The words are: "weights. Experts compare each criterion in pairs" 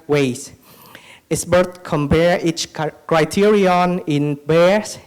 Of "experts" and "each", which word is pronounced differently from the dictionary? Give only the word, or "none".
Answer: experts